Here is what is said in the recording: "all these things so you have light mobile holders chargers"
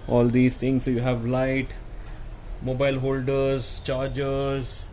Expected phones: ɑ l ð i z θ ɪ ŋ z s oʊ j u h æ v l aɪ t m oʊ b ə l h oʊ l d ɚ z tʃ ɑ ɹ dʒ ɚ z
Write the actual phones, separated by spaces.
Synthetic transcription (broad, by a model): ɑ l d i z t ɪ ŋ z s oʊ j u h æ v l aɪ t m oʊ b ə l h oʊ l d ɚ z tʃ ɑ ɹ dʒ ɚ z